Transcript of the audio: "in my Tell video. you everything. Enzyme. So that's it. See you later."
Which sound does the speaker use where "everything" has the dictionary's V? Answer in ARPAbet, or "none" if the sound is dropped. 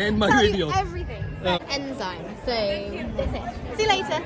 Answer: V